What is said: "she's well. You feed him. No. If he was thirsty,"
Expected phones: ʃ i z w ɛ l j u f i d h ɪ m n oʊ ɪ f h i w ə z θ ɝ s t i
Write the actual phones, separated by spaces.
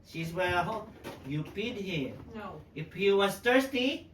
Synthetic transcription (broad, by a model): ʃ i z w ɛ l j u p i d h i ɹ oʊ ɪ f h i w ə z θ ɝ s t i